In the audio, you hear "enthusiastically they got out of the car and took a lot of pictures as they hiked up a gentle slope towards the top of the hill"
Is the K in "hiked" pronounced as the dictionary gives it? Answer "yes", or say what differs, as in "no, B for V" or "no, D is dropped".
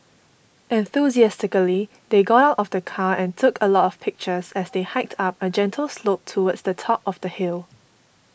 yes